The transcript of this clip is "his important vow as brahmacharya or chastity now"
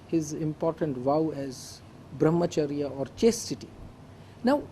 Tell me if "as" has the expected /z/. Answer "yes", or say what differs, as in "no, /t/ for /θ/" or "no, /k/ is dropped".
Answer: yes